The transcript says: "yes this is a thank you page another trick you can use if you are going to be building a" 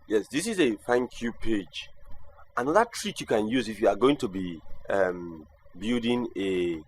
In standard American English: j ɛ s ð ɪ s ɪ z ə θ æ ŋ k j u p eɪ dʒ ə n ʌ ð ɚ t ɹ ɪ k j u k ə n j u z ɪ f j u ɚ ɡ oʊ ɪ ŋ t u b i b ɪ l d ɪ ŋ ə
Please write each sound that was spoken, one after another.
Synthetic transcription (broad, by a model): j ɛ s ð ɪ s ɪ z ə f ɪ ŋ k j u p eɪ dʒ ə n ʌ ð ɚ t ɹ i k j u k ə n j u z ɪ f j u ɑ ɡ oʊ ɪ ŋ t u b i b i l d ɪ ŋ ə